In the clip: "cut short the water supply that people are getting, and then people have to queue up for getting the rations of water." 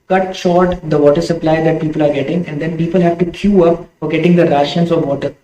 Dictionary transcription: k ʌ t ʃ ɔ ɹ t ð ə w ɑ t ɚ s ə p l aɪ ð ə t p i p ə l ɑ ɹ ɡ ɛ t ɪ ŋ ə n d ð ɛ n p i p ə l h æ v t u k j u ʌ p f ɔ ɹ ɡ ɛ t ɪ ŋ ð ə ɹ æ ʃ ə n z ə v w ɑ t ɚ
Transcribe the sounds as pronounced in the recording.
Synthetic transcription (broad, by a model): k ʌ t ʃ ɔ ɹ t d ə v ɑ t ɚ s ə p l aɪ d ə t p i p ə l ɑ ɹ ɡ ɛ t ɪ ŋ ə n d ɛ n p i p ə l h æ v t u k j u ʌ p f ɔ ɹ ɡ ɛ t ɪ ŋ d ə ɹ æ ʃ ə n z ə v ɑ t ɚ